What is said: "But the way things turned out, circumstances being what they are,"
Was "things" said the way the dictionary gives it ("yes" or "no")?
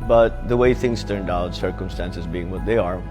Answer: yes